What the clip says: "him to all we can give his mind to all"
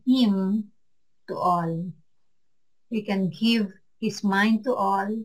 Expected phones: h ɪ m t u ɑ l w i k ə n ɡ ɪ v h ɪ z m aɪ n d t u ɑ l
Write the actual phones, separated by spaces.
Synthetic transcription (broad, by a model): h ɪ m t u ɑ l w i k ə n ɡ ɪ v h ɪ s m aɪ n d t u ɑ l